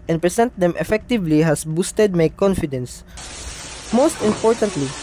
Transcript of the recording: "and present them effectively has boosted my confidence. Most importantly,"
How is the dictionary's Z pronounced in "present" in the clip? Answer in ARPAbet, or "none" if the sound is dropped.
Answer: S